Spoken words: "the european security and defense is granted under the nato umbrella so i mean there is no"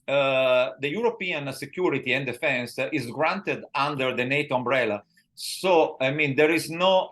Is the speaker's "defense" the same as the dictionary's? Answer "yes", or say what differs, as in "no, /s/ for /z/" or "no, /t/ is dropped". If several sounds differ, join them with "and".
yes